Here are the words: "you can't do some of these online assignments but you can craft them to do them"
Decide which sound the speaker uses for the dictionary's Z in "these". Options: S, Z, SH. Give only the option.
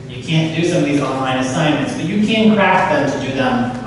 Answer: Z